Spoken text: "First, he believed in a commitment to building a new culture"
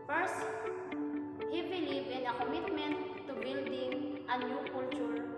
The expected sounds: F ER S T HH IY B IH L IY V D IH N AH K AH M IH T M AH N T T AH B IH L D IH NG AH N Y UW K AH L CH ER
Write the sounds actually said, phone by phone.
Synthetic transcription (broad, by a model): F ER S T HH IY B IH L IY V IH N AH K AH M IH T M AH N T T AH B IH L D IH NG AH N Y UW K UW L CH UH